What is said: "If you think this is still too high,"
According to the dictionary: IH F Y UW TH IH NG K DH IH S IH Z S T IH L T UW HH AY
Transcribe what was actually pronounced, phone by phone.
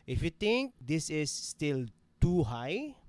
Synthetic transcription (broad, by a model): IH F Y UW T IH NG K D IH S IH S T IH L T UW HH AY